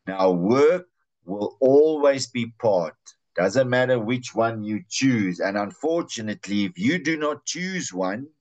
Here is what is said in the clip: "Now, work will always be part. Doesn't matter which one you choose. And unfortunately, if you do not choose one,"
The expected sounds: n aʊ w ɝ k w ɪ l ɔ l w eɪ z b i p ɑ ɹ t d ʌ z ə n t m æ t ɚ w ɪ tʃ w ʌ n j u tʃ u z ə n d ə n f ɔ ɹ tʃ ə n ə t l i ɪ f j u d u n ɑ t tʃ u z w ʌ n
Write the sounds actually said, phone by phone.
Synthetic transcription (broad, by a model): n aʊ w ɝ k w ɪ l ɔ l w eɪ z b i p ɑ ɹ t d ʌ z ə n t m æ t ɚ w ɪ tʃ w ʌ n j u tʃ u z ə n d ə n f ɔ ɹ tʃ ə n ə t l i ɪ f j u d u n ɑ t tʃ u z w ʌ n